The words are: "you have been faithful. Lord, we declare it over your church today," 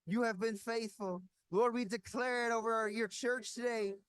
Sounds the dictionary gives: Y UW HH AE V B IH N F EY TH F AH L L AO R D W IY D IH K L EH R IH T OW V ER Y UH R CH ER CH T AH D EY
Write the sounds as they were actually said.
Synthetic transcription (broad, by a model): Y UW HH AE V B IH N F EY TH F AH L L AO R D W IY D IH K L EH R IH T OW V ER Y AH R CH ER CH T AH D EY